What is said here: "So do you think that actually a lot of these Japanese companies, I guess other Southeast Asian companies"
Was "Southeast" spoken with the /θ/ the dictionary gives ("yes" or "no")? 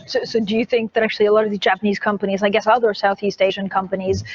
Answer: yes